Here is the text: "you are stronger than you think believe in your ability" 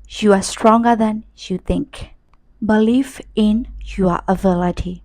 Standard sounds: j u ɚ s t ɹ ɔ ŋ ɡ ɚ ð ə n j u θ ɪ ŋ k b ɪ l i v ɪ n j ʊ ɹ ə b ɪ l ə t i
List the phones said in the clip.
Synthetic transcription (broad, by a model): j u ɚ s t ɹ ɔ ŋ ɡ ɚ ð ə n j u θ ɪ ŋ k b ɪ l i f ɪ n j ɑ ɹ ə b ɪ l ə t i